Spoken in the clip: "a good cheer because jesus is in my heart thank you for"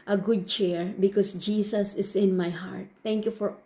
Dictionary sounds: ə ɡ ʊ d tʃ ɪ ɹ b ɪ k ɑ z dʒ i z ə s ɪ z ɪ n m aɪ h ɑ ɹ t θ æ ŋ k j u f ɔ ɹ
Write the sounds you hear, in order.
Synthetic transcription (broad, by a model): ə ɡ ʊ d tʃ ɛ ɹ b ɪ k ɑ s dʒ i s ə s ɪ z ɪ n m aɪ h ɑ ɹ t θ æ ŋ k j u f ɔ ɹ